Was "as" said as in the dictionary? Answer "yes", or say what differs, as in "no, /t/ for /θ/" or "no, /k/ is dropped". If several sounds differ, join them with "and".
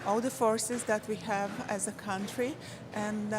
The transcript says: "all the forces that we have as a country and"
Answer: yes